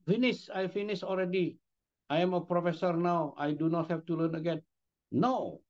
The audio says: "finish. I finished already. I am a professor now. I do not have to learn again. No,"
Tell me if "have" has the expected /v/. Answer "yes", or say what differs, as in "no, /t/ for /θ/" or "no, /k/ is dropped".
no, /f/ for /v/